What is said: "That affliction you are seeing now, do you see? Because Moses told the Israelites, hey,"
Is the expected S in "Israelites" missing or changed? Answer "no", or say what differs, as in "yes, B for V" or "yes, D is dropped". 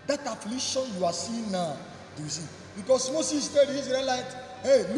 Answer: yes, S is dropped